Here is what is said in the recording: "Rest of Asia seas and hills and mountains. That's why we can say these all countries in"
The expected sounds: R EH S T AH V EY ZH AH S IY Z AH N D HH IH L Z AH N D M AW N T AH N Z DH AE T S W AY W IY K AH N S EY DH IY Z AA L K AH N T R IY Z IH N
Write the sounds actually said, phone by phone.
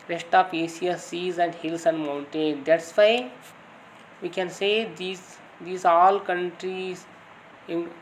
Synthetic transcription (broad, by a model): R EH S T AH P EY S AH S IY Z AH N D HH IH L S AH N D M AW N T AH N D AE T S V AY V IY K AH N S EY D IY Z AA L K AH N T R IY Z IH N